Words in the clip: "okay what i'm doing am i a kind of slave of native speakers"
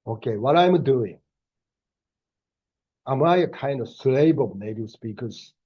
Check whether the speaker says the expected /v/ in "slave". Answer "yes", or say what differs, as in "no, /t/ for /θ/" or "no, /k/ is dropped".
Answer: no, /b/ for /v/